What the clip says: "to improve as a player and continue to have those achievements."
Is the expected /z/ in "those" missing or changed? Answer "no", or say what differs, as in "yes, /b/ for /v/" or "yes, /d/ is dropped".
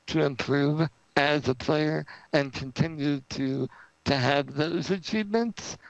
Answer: no